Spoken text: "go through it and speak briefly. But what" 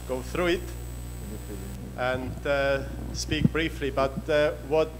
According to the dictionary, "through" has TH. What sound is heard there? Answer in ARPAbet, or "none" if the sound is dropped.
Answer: TH